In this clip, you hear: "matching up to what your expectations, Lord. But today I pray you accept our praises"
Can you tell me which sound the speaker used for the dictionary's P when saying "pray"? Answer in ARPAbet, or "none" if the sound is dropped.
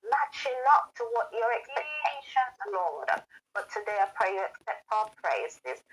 P